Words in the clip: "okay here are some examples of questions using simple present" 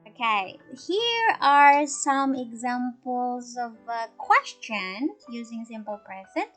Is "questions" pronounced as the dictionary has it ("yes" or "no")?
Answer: no